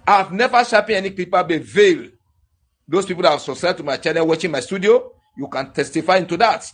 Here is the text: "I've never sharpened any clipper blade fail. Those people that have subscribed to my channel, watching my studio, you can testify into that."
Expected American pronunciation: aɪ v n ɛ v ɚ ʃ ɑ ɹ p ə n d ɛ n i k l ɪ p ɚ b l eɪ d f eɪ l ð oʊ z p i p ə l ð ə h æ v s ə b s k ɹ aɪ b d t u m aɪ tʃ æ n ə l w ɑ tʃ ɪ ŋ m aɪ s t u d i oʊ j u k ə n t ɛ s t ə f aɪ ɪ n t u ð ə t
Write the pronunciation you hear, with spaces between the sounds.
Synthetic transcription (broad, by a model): aɪ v n ɛ v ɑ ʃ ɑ p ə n ɛ n i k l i p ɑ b eɪ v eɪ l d oʊ s p i p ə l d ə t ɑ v s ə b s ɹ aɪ d t u m aɪ tʃ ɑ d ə n w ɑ tʃ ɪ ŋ m aɪ s t u d i oʊ j u k ə n t ɛ s t ə f aɪ ɪ n t u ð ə t